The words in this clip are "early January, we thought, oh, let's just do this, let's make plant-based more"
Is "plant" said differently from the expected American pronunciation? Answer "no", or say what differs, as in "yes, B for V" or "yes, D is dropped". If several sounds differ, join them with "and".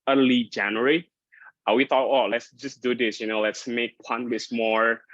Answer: yes, L is dropped